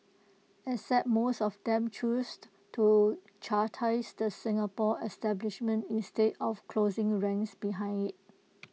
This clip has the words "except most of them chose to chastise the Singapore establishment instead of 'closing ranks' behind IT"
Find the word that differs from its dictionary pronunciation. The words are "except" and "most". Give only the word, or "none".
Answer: except